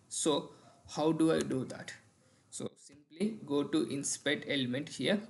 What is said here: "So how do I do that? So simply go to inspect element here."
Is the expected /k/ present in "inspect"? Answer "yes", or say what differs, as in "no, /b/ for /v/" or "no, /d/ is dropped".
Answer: no, /k/ is dropped